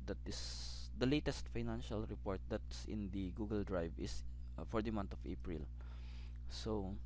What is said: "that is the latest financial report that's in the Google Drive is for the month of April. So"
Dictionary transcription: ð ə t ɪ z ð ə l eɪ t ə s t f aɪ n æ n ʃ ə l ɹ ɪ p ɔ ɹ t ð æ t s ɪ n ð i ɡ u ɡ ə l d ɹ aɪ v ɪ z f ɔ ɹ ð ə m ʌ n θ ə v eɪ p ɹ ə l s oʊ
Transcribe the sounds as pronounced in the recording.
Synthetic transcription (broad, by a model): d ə t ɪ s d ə l eɪ t ə s t f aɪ n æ n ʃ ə l ɹ ɪ p ɔ ɹ t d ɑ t s ɪ n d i ɡ u ɡ ə l d ɹ aɪ v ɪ s f ɔ ɹ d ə m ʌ n t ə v eɪ p ɹ ə l s oʊ